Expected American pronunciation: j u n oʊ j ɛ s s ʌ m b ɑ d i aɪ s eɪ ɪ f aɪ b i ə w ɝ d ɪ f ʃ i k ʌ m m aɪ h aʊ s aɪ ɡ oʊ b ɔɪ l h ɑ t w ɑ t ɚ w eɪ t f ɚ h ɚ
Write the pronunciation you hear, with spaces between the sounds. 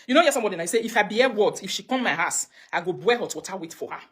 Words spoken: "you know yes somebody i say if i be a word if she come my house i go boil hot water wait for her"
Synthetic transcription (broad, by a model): j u n oʊ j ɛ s s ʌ m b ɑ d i aɪ s eɪ ɪ f aɪ b i ə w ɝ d ɪ f ʃ i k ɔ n m aɪ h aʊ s aɪ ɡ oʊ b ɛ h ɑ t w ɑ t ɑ w eɪ t f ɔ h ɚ